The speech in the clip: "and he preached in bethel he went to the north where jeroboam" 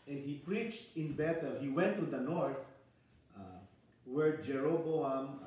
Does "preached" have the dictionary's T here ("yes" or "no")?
yes